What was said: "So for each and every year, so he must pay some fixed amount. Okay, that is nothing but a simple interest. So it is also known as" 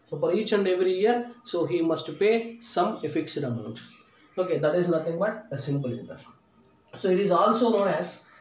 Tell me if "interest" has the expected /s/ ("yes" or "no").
no